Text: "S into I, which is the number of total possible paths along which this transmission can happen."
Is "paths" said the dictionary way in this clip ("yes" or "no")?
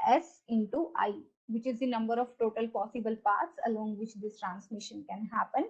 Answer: no